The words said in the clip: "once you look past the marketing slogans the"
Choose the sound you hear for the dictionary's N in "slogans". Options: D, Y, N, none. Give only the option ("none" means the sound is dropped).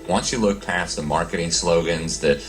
N